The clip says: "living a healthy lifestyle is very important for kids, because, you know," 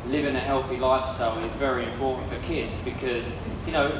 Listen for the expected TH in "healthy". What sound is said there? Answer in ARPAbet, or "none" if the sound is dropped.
TH